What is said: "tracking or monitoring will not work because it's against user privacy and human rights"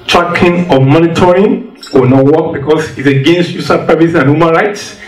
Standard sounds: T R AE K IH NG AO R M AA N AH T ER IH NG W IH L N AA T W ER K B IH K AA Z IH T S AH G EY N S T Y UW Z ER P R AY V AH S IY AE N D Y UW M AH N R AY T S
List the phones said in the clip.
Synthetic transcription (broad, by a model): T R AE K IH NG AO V M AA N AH T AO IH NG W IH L N AA T W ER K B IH K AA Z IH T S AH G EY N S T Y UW S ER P AY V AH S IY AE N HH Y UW M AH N R AY T S